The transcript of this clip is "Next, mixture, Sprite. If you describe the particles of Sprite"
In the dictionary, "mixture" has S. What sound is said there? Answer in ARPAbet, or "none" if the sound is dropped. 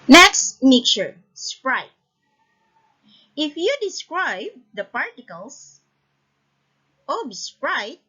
none